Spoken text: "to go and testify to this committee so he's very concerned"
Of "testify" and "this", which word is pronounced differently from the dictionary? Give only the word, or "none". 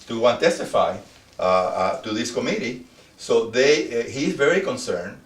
none